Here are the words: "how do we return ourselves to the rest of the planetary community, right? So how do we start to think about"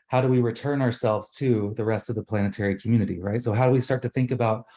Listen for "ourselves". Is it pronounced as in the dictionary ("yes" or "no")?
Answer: yes